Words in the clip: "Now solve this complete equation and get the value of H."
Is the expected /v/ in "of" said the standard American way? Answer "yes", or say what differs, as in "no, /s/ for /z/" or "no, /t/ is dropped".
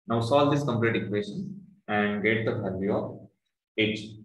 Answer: no, /p/ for /v/